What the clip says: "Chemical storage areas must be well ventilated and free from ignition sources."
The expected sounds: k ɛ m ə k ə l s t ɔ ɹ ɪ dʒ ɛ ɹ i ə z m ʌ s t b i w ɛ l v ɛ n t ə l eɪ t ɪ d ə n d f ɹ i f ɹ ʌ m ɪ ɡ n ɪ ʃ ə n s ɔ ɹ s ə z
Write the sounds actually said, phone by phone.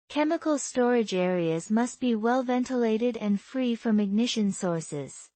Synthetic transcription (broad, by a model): k ɛ m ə k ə l s t ɔ ɹ ɪ dʒ ɛ ɹ i ə z m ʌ s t b i w ɛ l v ɛ n t ə l eɪ t ɪ d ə n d f ɹ i f ɹ ʌ m ɪ ɡ n ɪ ʃ ə n s ɔ ɹ s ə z